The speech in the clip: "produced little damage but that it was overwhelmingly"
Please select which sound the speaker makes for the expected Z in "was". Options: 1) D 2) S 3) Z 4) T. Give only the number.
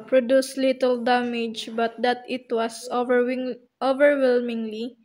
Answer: 2